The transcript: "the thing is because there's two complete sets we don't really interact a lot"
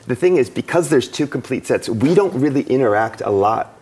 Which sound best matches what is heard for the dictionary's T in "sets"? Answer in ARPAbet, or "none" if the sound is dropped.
T